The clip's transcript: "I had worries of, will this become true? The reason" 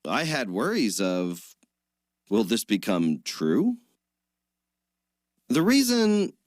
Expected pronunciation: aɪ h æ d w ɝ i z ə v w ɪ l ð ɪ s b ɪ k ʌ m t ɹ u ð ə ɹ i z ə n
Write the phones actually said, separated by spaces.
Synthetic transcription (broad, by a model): aɪ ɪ d w ɝ i z ə v w ɪ l ð ɪ s b ɪ k ʌ m t ɹ u ð ə ɹ i z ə n